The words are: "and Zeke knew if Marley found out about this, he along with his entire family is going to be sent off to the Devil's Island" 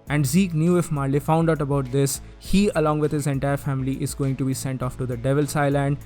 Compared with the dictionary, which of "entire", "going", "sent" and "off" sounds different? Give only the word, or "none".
none